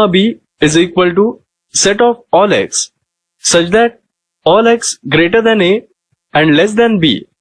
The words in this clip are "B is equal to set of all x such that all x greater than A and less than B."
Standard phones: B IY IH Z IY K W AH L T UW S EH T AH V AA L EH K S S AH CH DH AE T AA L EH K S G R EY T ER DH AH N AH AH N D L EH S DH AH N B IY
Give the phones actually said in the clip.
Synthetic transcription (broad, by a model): B IY IH Z IY K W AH L T UW S EH T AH F AA L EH K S S AH CH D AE T AA L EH K S G R EY T ER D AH N AH AH N D L EH S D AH N B IY